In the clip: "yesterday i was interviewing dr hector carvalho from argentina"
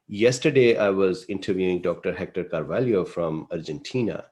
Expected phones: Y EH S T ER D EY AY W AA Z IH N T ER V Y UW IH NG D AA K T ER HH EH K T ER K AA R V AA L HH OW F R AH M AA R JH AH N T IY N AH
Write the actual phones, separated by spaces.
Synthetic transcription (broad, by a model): Y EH S T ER D EY AY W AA Z IH N T ER V Y UW IH NG D AA K T ER HH EH K T ER K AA R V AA L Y OW F R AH M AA R JH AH N T IY N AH